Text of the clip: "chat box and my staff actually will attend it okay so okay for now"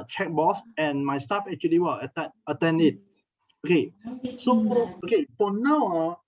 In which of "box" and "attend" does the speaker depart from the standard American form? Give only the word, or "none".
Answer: box